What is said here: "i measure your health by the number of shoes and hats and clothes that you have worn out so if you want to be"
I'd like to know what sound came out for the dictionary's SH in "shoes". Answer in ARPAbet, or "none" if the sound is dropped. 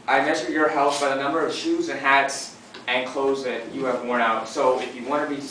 SH